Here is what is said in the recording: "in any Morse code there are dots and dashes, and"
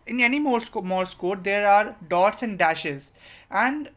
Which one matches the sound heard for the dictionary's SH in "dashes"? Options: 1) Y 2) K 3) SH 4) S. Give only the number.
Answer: 3